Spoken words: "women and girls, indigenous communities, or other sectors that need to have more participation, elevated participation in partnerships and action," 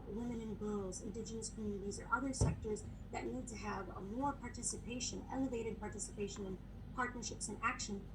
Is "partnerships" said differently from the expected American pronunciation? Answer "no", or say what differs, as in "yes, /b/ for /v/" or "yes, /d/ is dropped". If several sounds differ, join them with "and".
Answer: no